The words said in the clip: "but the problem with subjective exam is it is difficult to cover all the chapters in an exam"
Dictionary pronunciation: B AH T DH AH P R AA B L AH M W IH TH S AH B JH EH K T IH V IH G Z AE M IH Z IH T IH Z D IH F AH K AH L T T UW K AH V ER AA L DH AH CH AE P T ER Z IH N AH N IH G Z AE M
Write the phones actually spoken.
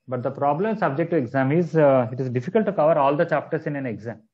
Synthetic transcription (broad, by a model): B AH T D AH P R AA B L AH M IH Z S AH B JH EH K T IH IH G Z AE M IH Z IH T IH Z D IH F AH K AH L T T UW K AH V ER AA L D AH CH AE P T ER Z IH N AH N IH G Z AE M